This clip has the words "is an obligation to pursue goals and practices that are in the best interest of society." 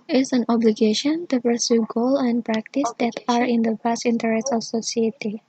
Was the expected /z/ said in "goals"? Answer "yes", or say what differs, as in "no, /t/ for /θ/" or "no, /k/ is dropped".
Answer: no, /z/ is dropped